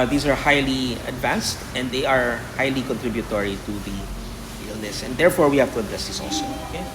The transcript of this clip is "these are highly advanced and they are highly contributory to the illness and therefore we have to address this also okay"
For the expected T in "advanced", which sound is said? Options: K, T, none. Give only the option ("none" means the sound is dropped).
T